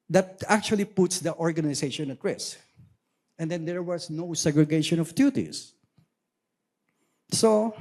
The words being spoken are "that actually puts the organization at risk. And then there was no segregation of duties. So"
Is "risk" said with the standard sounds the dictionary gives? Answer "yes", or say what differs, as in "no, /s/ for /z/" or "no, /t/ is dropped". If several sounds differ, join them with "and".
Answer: no, /k/ is dropped